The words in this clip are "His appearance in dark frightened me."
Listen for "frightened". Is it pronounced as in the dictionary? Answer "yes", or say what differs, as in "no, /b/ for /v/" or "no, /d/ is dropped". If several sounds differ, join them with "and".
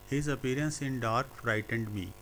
yes